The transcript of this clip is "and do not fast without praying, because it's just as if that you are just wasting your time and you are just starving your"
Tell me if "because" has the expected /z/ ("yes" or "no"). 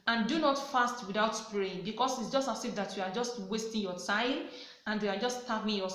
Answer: no